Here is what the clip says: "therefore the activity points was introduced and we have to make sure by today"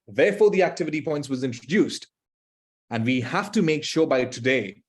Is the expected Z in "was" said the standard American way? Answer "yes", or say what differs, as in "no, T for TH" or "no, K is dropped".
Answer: yes